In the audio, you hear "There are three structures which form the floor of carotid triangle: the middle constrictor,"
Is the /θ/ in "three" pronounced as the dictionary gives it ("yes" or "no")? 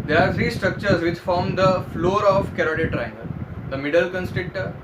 no